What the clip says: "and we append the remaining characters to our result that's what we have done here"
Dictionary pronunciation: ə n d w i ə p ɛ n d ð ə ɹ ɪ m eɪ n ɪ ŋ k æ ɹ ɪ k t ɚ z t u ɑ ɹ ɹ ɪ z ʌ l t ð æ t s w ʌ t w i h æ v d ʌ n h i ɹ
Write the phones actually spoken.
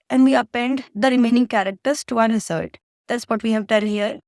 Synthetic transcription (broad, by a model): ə n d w i ə p ɛ n d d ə ɹ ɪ m eɪ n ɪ ŋ k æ ɹ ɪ k t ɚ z t u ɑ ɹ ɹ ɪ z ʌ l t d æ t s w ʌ t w i h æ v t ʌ l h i ɹ